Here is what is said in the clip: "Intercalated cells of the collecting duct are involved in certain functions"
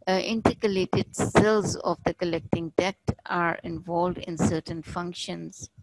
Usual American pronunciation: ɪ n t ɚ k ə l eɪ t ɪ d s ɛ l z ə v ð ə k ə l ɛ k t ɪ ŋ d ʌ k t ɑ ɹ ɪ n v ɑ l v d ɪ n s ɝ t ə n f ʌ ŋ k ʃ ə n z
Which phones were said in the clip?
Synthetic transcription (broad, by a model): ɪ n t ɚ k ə l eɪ t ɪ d s ɛ l z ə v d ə k ə l ɛ k t ɪ ŋ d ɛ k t ɑ ɹ ɪ n v ɑ l v d ɪ n s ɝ t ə n f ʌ ŋ k ʃ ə n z